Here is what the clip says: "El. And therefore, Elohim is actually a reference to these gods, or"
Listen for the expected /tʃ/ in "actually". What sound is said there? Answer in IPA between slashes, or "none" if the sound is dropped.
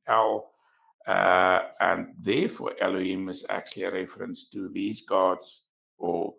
/tʃ/